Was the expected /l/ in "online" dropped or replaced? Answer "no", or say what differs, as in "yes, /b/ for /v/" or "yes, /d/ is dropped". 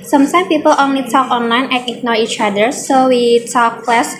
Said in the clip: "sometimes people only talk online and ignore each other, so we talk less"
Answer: no